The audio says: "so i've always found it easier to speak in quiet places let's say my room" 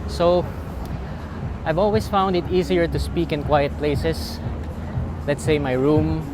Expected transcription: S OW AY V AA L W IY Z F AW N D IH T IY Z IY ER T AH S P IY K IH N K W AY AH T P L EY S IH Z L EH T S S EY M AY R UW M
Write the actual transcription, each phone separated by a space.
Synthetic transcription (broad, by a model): S OW AY V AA L W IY S F AW N D IH T IY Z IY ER T AH S P IY K IH N K W AY AH T P L EY S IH S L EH T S S EY M AY R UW M